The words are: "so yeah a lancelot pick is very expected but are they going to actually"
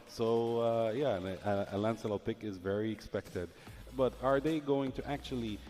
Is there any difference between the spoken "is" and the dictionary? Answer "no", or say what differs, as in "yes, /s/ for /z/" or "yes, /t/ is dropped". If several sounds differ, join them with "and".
no